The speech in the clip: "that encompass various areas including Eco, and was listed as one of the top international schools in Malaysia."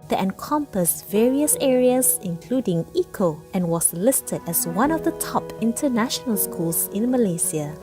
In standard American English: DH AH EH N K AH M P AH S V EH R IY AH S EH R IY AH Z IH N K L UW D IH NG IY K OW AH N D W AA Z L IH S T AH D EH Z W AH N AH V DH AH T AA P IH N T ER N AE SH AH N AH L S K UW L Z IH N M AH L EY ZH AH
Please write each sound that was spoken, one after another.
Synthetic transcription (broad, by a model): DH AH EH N K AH M P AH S V EH R IY AH S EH R IY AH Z IH N K L UW D IH NG IY K OW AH N W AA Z L IH S T AH D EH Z W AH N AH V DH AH T AA P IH N T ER N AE SH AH N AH L S K UW L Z IH N M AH L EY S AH